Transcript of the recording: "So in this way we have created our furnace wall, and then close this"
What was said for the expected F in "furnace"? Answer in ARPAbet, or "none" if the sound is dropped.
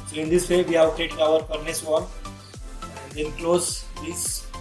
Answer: P